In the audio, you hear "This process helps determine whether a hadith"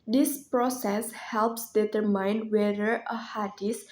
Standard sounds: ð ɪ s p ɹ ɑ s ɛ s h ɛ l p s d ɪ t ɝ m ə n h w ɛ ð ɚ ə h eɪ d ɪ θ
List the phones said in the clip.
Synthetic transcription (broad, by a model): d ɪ s p ɹ ɑ s ɛ s h ɛ l p s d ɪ t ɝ m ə n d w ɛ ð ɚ ə h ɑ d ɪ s